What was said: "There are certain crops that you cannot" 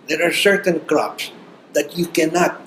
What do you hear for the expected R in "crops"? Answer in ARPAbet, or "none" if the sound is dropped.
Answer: R